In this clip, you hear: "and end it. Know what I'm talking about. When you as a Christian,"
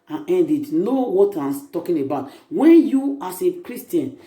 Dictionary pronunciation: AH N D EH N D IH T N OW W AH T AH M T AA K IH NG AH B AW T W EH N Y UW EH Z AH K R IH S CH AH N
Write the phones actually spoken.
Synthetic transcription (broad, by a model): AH N EH N D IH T N OW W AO T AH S T AA K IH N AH B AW T W EH N Y UW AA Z AH K R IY S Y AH N